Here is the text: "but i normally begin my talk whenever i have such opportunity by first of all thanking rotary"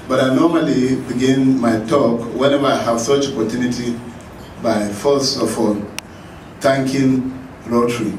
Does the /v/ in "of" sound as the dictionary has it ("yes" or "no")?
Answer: no